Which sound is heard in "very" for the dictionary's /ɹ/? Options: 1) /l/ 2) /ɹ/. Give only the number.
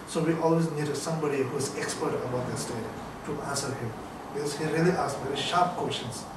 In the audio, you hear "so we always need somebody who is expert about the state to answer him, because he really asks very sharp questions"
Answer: 2